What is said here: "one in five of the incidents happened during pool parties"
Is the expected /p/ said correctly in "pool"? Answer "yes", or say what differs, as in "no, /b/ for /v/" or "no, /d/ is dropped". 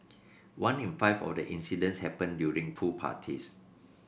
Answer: no, /f/ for /p/